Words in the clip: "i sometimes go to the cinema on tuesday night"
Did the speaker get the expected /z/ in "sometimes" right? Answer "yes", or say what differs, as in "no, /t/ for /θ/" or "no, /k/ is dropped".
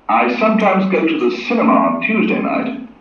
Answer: yes